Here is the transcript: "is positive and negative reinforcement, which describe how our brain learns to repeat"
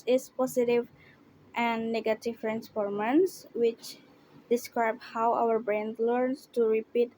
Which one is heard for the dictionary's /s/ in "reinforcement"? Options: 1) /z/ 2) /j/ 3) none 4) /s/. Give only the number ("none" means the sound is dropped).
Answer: 3